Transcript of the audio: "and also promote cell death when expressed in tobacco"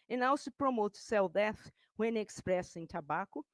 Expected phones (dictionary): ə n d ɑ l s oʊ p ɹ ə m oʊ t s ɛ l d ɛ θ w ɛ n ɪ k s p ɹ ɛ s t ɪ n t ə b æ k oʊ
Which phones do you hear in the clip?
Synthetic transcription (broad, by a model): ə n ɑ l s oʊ p ɹ ə m oʊ t s ɛ l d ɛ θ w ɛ n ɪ k s p ɹ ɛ s ɪ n t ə b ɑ k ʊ